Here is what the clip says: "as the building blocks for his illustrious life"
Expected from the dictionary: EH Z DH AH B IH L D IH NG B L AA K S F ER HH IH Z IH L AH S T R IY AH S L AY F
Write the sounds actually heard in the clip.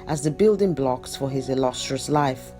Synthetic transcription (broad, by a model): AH Z DH AH B IH L D IH NG B L AA K S F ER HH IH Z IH L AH S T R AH S L AY F